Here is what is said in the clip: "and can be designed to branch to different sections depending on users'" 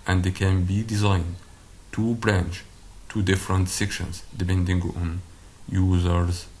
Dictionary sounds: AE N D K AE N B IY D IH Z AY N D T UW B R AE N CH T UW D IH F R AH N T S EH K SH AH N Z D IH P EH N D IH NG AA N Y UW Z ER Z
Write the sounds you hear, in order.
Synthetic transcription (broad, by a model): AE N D K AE N B IY D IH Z AY N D T UW B R AE N CH T UW D IH F R AH N T S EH K SH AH N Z D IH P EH N D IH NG AA N Y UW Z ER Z